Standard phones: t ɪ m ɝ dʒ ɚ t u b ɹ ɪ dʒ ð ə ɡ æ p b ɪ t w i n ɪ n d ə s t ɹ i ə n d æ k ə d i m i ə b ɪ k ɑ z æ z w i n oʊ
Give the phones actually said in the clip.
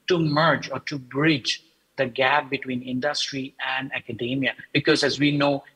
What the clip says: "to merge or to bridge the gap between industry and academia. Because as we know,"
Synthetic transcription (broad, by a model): t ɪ m ɝ dʒ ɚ t u b ɹ ɪ dʒ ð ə ɡ æ p b ɪ t w i n ɪ n d ə s t ɹ i ə n d æ k ə d i m i ə b ɪ k ɑ z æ z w i n oʊ